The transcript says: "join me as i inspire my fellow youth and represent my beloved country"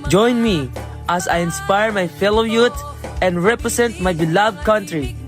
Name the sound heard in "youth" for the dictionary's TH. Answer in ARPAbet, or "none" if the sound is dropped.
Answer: T